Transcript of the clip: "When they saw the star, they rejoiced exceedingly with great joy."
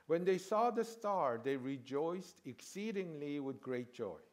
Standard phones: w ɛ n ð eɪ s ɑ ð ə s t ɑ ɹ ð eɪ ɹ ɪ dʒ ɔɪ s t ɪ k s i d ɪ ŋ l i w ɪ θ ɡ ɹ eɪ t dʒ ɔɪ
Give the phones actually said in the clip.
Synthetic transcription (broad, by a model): w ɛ n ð eɪ s ɑ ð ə s t ɑ ɹ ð eɪ ɹ ɪ dʒ ɔɪ s t ɪ k s i d ɪ ŋ l i w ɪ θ ɡ ɹ eɪ t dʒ ɔɪ